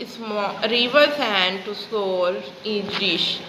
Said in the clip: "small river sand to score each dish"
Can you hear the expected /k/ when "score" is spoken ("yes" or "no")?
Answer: no